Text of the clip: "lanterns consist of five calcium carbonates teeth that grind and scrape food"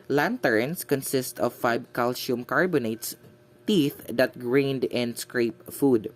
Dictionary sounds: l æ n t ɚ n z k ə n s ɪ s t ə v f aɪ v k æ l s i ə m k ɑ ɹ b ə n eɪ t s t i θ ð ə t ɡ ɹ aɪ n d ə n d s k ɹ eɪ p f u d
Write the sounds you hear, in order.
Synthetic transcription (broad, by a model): l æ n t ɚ n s k ə n s ɪ s t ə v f aɪ b k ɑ l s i m k ɑ ɹ b ə n eɪ t s t i θ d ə t ɡ ɹ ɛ n d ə n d s k ɹ eɪ p f u d